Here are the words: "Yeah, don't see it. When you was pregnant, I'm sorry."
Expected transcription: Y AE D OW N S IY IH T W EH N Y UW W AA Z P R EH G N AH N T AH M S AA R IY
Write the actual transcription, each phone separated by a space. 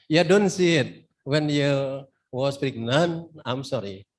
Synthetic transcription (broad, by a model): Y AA D OW N S IY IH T W EH N Y UW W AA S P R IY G N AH N AH M S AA R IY